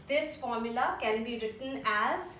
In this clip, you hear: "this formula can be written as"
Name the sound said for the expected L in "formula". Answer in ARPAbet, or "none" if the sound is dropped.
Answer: L